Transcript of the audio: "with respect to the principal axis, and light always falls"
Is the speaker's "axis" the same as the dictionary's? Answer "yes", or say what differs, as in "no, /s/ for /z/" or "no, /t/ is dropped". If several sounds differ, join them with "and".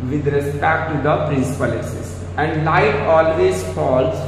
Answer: no, /k/ is dropped